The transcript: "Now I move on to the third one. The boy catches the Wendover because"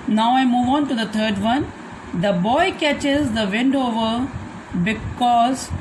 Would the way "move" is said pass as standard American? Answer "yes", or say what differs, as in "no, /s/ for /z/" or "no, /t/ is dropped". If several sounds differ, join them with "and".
yes